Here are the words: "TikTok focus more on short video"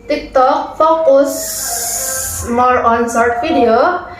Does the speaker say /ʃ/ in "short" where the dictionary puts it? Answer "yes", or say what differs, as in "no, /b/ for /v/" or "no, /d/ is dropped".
no, /s/ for /ʃ/